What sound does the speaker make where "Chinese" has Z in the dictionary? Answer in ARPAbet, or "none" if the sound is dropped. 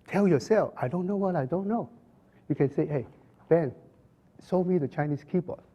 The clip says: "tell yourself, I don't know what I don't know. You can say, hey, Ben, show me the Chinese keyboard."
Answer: S